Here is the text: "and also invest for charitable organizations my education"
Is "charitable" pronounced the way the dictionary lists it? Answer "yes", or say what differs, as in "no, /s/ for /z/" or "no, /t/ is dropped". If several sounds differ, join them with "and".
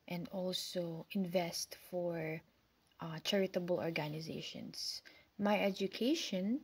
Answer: yes